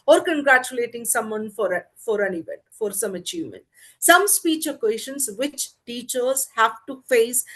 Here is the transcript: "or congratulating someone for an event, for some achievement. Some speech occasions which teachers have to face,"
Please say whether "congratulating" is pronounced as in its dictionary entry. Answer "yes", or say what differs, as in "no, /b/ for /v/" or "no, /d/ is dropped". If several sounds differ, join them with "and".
yes